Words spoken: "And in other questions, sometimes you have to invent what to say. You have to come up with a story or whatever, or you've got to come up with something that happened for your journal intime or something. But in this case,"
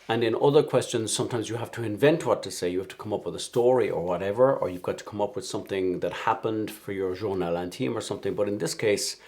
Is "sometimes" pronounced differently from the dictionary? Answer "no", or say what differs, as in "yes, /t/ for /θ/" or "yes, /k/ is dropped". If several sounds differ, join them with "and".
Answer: no